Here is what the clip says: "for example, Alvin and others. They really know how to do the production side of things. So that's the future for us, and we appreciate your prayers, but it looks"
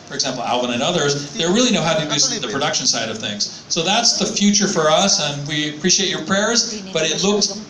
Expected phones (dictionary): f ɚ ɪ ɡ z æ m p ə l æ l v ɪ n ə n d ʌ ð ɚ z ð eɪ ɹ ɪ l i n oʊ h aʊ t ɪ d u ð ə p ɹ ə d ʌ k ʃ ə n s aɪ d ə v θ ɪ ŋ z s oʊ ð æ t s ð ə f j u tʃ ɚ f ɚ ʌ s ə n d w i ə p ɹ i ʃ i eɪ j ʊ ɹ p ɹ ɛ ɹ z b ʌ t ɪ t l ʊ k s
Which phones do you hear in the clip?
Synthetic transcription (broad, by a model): f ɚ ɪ ɡ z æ m p l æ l w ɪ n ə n ʌ ð ɚ z ð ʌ ɹ ɪ l i n oʊ h aʊ t ɪ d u ð ə p ɹ ə d ʌ k ʃ ə n s aɪ d ə v θ ɪ ŋ z s oʊ ð æ t s ð ə f j u tʃ ɚ f ɚ ʌ s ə n w i ə p ɹ i ʃ i eɪ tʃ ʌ ɹ p ɹ ɛ ɹ z b ʌ t ɪ t l ʊ k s